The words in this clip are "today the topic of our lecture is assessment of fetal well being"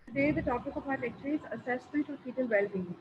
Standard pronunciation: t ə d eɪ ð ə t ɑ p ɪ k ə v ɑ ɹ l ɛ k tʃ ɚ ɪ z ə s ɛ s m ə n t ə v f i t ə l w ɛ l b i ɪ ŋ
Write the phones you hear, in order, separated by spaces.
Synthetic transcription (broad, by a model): t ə d eɪ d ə t ɑ p ɪ k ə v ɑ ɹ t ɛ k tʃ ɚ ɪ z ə s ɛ s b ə l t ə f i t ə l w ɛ l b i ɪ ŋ